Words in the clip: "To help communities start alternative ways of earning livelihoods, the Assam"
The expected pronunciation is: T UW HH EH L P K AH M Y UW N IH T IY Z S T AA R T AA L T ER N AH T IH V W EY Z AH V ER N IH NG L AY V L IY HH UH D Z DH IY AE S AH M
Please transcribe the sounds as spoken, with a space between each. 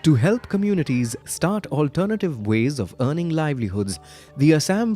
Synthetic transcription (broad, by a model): T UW HH EH L P K AH M Y UW N IH T IY Z S T AA R T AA L T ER N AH T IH V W EY Z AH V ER N IH NG L AY V L IY HH UH D Z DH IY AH S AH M